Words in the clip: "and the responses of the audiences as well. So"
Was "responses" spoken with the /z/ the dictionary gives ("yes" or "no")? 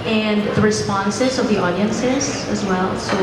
yes